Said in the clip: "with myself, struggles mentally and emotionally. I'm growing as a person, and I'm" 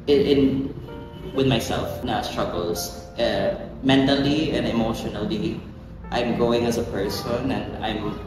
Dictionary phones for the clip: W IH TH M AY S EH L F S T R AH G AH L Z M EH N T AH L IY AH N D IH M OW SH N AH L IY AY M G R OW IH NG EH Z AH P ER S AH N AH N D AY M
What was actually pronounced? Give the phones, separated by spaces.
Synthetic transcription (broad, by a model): W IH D M AY S EH L F S T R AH G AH L S M EH N T AH L IY AH N D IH M OW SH N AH L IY AY M G OW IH NG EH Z AH P ER S AH N AH N D AY M